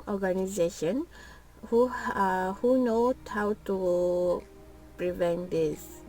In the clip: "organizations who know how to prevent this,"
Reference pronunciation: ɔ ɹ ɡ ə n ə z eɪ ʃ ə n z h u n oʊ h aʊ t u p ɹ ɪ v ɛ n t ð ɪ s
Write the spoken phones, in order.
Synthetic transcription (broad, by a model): ɔ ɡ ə n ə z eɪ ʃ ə n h h u n oʊ h aʊ t u p ɹ ɪ v ɛ n t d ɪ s